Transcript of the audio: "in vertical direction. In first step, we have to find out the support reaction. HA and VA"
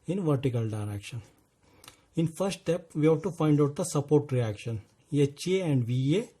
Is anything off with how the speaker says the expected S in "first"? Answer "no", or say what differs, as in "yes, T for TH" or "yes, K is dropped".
no